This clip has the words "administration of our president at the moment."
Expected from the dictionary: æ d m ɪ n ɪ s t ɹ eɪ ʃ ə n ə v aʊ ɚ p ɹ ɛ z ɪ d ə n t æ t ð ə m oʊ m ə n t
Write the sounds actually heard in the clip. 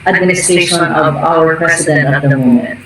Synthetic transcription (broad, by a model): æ d m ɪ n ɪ s t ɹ eɪ ʃ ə n ə v aʊ ɚ p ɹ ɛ s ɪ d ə n t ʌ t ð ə m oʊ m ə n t